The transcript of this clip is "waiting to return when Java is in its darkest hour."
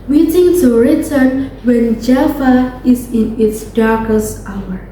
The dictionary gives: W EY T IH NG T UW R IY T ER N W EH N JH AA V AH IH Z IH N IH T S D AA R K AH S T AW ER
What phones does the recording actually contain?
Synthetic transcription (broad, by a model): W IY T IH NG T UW R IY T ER N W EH N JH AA F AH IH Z IH N IH T S D AA R K AH S T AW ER